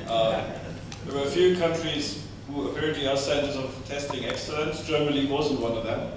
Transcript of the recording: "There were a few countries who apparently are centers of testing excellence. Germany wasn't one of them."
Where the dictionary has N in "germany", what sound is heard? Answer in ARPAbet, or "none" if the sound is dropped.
L